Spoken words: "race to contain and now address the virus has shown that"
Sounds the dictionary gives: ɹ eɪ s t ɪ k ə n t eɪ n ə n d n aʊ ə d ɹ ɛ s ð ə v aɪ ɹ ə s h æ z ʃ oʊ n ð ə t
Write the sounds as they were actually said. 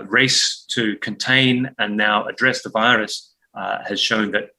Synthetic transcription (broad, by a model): ɹ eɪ s t ɪ k ə n t eɪ n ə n n aʊ ə d ɹ ɛ s ð ə v aɪ ɹ ə s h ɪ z ʃ oʊ n ð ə t